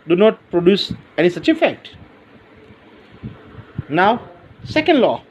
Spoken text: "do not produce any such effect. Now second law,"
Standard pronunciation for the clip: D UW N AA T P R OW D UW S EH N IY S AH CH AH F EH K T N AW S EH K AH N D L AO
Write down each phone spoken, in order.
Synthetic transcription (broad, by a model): D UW N AA T P R OW D UW S EH N IY S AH CH AH F EH K T N AW S EH K AH N D L AO